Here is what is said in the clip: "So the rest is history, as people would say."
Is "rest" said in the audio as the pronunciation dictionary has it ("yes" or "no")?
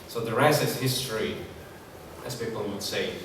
no